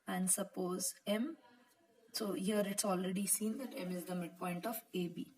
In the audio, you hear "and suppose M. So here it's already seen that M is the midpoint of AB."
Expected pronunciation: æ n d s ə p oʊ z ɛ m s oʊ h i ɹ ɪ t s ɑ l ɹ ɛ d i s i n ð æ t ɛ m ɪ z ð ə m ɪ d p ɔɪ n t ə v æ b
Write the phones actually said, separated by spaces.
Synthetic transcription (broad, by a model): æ n d s ə p oʊ z ɛ m s oʊ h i ɹ ɪ t s ɑ l ɹ ɛ d i s i n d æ t ɛ m ɪ z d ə m ɪ d p ɔɪ n t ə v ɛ b